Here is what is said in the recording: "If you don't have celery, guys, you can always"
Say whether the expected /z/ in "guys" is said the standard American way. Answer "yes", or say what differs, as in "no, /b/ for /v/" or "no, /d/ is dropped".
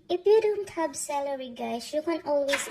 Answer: no, /s/ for /z/